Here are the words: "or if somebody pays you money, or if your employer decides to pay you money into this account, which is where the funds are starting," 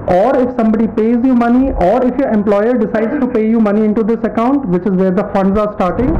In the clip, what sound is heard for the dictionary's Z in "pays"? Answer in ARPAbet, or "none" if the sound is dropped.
Z